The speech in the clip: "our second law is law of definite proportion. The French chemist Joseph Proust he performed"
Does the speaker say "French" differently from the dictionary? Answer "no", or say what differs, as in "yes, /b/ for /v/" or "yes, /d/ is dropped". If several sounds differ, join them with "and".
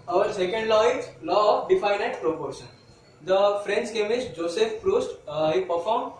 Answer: yes, /s/ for /tʃ/